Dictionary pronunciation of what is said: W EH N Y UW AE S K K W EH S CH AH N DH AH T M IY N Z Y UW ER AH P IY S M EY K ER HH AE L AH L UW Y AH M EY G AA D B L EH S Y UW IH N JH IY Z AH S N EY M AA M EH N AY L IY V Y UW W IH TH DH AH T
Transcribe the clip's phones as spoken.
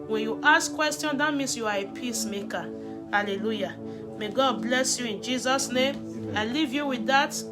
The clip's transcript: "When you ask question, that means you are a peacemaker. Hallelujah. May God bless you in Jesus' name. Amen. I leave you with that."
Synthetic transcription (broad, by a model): W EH N Y UW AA S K K W EH S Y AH N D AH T M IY N S Y UW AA AH P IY S M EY K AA HH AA L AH L UW Y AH M EY G AA D B L EH S Y UW IH N JH IY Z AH S N EY M AA IH L IY V Y UW W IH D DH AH T